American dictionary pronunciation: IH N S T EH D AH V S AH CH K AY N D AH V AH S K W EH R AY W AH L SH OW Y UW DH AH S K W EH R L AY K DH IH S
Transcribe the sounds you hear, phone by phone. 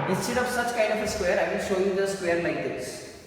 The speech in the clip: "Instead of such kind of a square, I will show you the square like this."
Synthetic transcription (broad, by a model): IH N S T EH D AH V S AH CH K AY N D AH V AH S K W EH R AY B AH N SH OW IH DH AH S K W EH R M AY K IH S